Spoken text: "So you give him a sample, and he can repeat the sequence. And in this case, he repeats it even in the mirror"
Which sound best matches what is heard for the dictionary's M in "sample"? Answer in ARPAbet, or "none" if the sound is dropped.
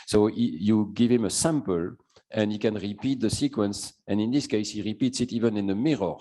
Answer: M